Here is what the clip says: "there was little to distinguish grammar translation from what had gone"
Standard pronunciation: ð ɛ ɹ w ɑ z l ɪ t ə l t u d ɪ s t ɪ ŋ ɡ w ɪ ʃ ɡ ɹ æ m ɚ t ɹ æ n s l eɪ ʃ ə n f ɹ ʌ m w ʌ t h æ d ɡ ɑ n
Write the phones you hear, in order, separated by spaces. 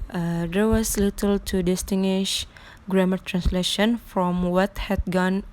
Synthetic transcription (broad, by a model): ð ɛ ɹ w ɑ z l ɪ t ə l t u d ɪ s t ɪ ŋ ɡ w ɪ ʃ ɡ ɹ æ m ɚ t ɹ æ n s l eɪ ʃ ə n f ɹ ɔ m w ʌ t h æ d ɡ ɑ n